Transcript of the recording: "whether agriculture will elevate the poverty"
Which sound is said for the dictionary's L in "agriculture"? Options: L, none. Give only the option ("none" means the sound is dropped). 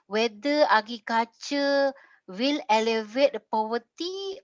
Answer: none